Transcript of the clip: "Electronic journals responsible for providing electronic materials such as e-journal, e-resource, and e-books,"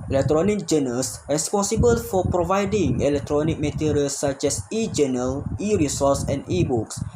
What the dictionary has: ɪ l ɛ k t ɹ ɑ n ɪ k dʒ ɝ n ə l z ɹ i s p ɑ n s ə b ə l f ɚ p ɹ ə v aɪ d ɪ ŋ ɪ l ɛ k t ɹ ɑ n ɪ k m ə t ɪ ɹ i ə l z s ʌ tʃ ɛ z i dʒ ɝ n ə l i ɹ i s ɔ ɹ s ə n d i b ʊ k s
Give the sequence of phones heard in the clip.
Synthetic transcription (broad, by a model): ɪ l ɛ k t ɹ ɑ n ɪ k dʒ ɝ n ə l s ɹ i s p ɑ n s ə b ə l f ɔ p ɹ ə v aɪ d ɪ ŋ ɪ l ɛ k t ɹ ɑ n ɪ k m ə t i ɹ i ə l s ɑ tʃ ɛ s i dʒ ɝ n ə l i ɹ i s ɔ s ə n i b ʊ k s